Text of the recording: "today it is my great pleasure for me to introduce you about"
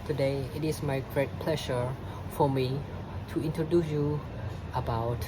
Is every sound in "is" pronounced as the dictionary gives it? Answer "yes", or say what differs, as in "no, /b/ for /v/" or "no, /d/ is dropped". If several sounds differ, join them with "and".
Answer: no, /s/ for /z/